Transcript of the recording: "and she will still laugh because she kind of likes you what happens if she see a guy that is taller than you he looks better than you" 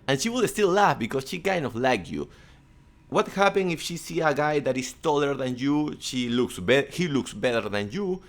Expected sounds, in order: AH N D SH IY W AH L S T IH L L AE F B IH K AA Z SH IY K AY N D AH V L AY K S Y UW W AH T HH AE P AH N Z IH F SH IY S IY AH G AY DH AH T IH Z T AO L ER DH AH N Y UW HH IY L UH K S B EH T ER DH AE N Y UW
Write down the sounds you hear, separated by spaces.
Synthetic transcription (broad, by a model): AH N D SH IY W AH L S T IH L L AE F B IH K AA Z SH IY K AY N D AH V L AY K Y UW W AH T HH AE P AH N IH F SH IY S IY AH G AY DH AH T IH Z T AO L ER DH AH N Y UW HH IY L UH K S B EH T ER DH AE N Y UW